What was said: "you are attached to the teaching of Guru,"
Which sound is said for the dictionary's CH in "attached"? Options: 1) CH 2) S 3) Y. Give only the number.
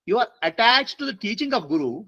1